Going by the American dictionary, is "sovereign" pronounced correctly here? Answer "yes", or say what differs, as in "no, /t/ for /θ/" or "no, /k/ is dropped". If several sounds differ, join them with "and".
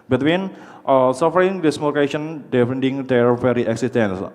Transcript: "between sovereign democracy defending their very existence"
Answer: no, /f/ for /v/